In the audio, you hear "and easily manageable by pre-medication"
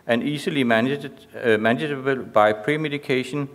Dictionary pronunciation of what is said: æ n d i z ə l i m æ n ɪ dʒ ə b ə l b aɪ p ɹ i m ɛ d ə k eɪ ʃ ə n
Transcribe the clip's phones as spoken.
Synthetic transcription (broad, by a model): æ n i s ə l i m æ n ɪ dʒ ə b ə l b aɪ p ɹ i m ɛ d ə k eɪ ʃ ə n